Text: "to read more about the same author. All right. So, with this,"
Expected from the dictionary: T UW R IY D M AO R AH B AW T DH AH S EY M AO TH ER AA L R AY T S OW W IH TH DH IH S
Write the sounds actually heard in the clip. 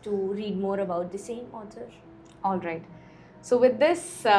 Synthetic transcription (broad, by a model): T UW R IY D M AO R AH B AW T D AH S EY M AO T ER AA L R AY T S OW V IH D IH S